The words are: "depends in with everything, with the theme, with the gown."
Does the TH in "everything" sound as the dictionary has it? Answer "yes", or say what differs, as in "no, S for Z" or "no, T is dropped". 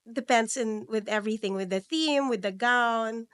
yes